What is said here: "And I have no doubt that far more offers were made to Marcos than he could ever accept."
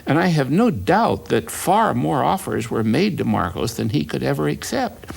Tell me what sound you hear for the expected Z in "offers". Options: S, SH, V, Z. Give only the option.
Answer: Z